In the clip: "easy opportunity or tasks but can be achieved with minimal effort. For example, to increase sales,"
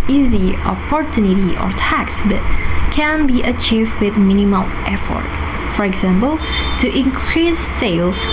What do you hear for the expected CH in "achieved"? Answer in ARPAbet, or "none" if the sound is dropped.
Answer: CH